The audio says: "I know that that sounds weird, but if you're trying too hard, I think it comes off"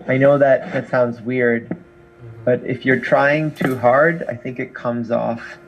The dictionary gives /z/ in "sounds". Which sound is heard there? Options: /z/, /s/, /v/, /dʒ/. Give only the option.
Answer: /z/